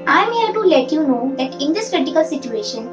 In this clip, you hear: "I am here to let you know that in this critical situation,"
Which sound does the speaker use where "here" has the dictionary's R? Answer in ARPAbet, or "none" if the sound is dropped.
L